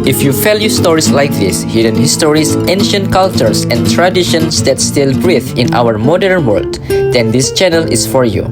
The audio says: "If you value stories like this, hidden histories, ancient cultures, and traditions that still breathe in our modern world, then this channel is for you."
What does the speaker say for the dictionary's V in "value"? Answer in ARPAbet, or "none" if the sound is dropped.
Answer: F